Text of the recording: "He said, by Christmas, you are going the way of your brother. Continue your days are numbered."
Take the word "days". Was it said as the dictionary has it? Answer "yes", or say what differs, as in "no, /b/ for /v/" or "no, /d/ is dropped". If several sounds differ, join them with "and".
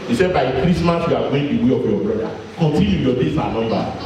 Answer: no, /s/ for /z/